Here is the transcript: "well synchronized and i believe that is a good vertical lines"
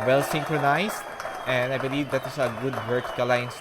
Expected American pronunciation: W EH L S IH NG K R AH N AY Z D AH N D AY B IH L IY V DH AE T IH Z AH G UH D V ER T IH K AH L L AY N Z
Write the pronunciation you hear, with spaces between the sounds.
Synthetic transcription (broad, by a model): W EH L S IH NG K R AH N AY S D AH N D AY B IH L IY V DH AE T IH S AH G UH D W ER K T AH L L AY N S